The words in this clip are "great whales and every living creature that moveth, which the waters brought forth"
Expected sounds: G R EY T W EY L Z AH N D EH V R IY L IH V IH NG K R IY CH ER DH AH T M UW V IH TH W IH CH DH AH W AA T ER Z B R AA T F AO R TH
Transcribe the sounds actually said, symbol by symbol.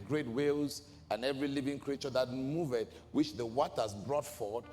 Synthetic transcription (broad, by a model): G R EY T W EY L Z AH N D EH V R IY L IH V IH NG K R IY CH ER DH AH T M UW V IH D W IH CH DH AH W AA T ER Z B R AA T F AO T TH